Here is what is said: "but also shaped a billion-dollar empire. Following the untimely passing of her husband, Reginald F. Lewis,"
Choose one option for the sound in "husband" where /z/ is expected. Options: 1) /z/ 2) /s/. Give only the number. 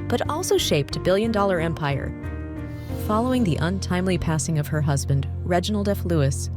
1